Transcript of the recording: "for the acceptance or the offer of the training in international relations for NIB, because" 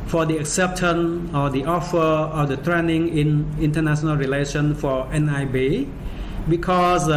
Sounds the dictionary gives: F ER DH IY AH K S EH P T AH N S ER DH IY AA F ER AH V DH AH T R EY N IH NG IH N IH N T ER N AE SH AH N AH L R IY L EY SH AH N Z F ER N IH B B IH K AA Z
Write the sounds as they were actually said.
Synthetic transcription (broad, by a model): F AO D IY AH K S EH P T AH N AO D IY AA F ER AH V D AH T R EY N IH NG IH N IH N T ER N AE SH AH N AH L R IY L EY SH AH N F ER N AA B B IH K AA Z